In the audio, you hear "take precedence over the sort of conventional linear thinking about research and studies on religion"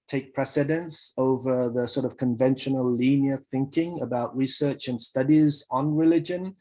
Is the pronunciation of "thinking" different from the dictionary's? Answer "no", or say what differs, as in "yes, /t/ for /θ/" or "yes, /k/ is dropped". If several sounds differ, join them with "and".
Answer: no